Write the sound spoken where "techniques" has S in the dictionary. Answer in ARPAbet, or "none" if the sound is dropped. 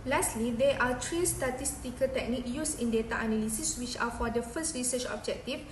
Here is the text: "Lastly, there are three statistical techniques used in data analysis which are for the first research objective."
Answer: none